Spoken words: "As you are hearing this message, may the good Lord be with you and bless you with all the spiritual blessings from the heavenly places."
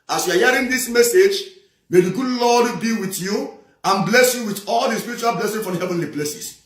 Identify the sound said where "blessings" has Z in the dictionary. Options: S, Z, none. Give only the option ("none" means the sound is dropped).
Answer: none